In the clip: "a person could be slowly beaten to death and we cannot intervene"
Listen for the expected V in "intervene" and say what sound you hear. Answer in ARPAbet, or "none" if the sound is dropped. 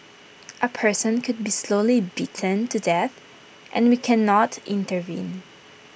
V